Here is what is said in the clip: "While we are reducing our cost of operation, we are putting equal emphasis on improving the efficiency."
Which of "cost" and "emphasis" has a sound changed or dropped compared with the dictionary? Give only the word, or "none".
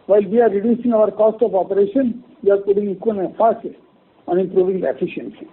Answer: emphasis